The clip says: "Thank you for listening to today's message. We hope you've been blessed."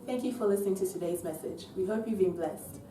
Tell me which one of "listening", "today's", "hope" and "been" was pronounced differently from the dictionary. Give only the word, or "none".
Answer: none